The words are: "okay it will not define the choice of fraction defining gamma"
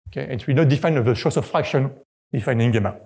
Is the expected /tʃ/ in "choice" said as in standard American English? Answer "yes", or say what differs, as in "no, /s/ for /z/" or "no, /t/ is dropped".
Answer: no, /ʃ/ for /tʃ/